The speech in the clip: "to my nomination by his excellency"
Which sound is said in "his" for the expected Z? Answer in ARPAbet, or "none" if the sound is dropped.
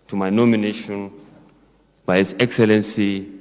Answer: S